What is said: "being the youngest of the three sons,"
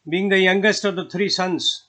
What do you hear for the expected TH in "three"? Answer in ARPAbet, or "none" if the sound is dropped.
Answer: T